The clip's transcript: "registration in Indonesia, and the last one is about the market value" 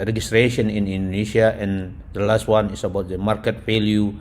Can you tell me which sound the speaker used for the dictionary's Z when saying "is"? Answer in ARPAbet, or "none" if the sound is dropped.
S